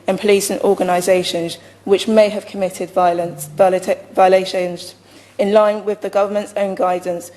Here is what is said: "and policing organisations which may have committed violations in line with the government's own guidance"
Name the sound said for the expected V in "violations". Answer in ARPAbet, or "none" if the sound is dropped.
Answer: V